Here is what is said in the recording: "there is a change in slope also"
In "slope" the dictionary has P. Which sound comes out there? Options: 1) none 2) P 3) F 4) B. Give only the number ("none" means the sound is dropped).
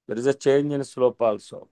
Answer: 2